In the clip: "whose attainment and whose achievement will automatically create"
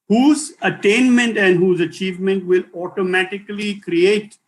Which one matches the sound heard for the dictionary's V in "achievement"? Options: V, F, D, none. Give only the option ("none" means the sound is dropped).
V